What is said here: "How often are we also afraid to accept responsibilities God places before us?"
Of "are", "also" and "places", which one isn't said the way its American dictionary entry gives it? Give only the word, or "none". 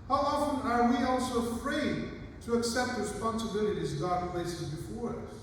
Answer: none